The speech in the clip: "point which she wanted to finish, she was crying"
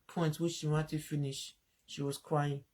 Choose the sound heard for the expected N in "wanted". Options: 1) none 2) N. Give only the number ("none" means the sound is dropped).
1